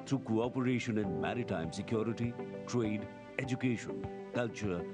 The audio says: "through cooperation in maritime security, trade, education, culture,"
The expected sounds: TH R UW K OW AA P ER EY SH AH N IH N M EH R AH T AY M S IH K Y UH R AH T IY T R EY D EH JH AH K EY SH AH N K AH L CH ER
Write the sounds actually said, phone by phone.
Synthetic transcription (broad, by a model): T R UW K OW AA P ER EY SH AH N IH N M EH R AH T AY M S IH K Y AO R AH T IY T R EY D EH JH AH K EY SH AH N K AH L CH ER